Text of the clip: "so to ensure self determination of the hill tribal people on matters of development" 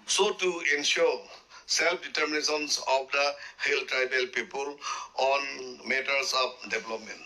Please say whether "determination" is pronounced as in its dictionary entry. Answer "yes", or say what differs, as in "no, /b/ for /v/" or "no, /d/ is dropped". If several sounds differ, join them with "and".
no, /s/ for /ʃ/